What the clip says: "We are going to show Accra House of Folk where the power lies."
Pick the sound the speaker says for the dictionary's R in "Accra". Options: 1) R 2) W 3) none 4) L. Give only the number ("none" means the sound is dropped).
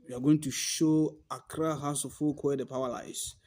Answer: 1